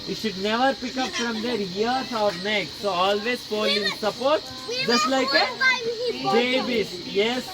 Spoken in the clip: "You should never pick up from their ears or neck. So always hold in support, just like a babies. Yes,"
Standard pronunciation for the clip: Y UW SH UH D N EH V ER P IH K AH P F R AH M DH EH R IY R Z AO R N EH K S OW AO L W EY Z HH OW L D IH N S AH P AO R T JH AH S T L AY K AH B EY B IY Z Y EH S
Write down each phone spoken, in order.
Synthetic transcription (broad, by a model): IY SH UH D N EH V ER P IH K AH P F R AH M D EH R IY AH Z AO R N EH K S OW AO L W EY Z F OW L IH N S AH P AO R T JH AH S T L AY K AH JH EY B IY S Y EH S